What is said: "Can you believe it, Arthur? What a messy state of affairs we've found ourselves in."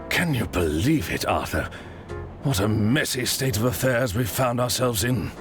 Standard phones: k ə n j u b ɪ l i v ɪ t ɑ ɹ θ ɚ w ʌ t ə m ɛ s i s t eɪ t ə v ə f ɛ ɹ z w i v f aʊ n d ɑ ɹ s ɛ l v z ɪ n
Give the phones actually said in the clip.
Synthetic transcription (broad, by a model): k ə n j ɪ b ɪ l i v ɪ t ɑ ɹ θ ɚ w ʌ t ə m ɛ s i s t eɪ t ə v ə f ɛ ɹ z w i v f aʊ n d ɑ ɹ s ɛ l v z ɪ n